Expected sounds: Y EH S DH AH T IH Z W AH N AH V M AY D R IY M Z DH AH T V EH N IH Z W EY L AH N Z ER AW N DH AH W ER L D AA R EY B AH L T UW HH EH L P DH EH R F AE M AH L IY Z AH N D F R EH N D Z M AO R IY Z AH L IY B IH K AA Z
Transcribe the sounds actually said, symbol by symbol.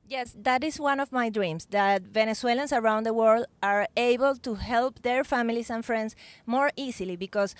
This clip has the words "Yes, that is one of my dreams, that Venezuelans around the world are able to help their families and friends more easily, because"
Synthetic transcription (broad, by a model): Y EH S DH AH T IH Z W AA N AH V M AY D R IY M S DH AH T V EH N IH S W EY L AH N S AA AW N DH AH W ER L D AA R EY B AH L T UW HH EH L P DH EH R F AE M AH L IY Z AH N F R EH N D S M AO R IY S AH L IY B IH K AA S